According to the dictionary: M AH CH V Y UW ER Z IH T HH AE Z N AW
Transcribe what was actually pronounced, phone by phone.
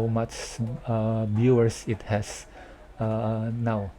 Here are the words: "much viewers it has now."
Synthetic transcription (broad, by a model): M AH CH B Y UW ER S IH T HH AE S N AW